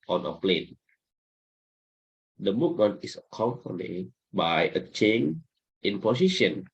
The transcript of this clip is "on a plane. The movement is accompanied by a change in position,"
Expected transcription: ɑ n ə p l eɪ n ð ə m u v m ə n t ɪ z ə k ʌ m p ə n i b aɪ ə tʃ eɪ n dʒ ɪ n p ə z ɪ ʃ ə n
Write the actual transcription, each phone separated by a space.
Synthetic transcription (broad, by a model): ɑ n ə p l eɪ n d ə m u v m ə n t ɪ s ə k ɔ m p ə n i b aɪ ə tʃ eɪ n ɪ n p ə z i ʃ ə n